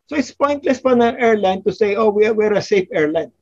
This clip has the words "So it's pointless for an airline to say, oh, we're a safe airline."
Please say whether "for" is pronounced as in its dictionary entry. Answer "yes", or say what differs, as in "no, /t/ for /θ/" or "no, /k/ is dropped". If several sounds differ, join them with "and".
no, /p/ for /f/